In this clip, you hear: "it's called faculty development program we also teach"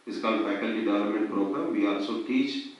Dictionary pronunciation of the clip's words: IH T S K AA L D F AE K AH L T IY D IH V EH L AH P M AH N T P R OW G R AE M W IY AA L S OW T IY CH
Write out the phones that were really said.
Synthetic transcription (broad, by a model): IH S K AA L D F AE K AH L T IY D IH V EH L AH M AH N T P R OW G R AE M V IY AA L S OW T IY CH